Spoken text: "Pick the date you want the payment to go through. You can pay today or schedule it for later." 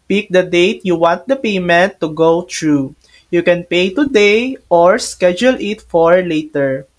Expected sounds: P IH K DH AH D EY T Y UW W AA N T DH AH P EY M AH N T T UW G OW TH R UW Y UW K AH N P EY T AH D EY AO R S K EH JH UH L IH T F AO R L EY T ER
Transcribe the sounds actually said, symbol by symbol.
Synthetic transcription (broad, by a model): P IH K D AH D EY T Y UW W AA N T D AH P EY M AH N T T UW G OW T R UW Y UW K AH N P EY T AH D EY AO R S K EH JH UH L IH T F AO R L EY T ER